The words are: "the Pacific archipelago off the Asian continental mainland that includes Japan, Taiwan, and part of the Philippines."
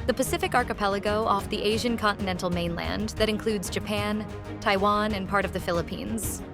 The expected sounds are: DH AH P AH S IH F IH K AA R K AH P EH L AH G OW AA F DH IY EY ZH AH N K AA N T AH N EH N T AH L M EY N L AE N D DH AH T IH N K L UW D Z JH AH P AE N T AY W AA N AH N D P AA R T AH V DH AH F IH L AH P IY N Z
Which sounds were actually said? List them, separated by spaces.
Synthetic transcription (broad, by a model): DH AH P AH S IH F IH K AA R K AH P EH L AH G OW AA F DH IY EY ZH AH N K AA N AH N EH N T L M EY N L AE N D DH AH T IH N K L UW D Z JH AH P AE N T AY W AA N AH N P AA R T AH V DH AH F IH L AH P IY N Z